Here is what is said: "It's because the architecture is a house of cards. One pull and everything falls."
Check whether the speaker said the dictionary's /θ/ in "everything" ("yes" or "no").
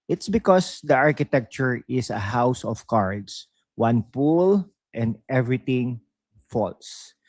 no